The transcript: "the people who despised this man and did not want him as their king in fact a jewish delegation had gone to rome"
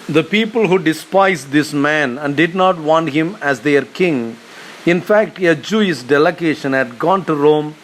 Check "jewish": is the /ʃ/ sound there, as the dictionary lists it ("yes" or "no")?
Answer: no